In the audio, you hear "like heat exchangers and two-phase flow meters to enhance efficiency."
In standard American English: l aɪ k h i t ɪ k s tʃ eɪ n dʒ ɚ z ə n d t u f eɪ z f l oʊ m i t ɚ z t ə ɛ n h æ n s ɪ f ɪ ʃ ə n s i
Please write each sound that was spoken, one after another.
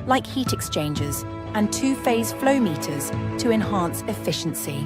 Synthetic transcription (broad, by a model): l aɪ k h i t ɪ k s tʃ eɪ n dʒ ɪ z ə n t u f eɪ z f l oʊ m i t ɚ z t ə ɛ n h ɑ n s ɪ f ɪ ʃ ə n s i